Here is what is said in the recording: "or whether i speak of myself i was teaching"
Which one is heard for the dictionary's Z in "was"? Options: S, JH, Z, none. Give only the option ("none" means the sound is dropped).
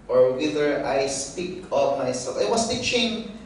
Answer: S